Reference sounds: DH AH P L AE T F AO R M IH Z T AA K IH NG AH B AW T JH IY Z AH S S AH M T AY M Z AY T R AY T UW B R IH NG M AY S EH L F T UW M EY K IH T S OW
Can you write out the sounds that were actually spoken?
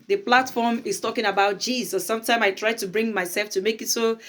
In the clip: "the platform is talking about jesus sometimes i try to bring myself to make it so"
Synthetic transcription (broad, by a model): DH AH P L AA T F AO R M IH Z T AA K IH NG AH B AW T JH IY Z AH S S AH M T AY M AY T R AY T UW B R IH NG M AY S EH L F T UW M EY K IH T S OW